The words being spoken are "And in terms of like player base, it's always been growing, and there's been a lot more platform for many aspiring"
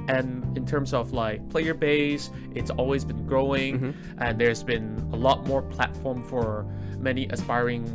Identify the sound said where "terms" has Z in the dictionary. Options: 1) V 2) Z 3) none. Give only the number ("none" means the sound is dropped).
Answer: 2